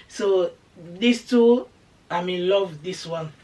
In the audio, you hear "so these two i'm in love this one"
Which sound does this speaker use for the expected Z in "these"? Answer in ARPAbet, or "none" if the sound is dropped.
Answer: S